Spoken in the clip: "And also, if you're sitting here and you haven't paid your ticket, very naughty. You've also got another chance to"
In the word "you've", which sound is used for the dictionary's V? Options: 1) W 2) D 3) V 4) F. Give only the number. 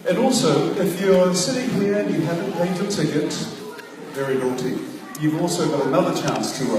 3